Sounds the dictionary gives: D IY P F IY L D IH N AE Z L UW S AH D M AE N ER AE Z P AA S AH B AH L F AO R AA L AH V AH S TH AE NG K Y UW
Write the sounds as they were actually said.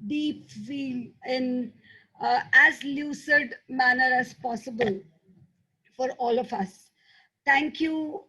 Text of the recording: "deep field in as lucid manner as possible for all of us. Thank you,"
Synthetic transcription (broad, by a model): D IY P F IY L IH N AE Z L UW S AH D M AE N ER AE Z P AA S AH B AH L F AO R AA L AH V AH S T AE NG K Y UW